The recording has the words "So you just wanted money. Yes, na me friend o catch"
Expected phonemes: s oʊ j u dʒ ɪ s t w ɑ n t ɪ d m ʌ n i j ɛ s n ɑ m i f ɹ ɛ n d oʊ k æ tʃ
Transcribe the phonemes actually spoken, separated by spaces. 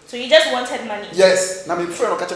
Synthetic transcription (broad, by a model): s oʊ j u dʒ ɪ s t w ɑ n t ɪ d m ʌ n i j ɛ s n ɑ m i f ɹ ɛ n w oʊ k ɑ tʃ